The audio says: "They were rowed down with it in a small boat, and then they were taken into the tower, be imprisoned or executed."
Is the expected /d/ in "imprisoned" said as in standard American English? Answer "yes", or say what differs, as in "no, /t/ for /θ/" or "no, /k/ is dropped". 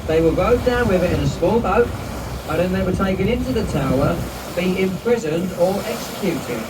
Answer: yes